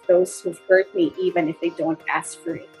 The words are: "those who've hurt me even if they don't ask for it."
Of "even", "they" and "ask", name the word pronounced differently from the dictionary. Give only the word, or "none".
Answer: none